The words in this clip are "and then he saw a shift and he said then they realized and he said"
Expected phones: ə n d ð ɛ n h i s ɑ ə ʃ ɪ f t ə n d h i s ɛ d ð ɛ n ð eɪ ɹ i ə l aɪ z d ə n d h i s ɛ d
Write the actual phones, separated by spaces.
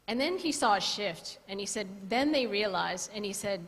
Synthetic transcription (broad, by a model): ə n ð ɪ n i s ɑ ə ʃ ɪ f t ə n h i s ɛ d ð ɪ n ð eɪ ɹ i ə l aɪ z ə n i s ɛ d